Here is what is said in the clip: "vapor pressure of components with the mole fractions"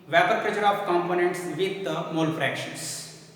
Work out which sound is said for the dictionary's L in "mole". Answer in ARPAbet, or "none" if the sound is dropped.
L